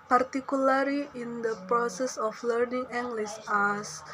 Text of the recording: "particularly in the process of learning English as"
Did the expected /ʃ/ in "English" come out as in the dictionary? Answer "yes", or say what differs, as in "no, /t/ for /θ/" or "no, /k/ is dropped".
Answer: no, /s/ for /ʃ/